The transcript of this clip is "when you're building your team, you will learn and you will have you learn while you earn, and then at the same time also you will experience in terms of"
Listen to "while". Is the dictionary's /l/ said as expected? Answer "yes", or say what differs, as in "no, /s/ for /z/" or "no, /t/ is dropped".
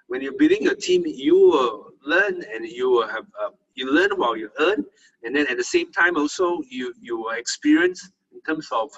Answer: no, /w/ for /l/